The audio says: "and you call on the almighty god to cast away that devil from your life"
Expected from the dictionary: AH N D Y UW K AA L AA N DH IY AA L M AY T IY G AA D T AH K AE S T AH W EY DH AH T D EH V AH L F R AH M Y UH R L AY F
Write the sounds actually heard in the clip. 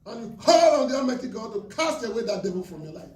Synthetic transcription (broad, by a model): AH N Y UW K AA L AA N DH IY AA M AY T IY G AA D T AH K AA S T AH W EY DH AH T D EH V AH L F R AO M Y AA L AY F